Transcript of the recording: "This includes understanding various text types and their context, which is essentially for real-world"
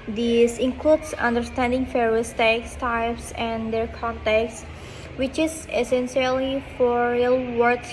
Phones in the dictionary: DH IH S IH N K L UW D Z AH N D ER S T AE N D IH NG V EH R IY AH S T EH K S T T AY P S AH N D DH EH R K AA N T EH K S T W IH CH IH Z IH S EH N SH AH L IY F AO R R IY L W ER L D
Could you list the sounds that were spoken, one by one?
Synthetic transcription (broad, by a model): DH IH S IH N K L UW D S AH N D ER S T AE N D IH NG F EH R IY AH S T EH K S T T AY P S AH N D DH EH R K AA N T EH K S W IH CH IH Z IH S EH N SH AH L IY F AO R R IY L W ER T